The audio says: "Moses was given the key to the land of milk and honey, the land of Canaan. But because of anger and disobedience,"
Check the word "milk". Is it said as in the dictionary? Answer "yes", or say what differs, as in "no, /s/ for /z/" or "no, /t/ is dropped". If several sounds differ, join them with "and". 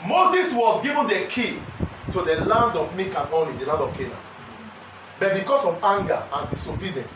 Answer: no, /l/ is dropped